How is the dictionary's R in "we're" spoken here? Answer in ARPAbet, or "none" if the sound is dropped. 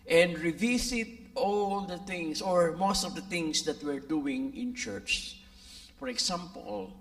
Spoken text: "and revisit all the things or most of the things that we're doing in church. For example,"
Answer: R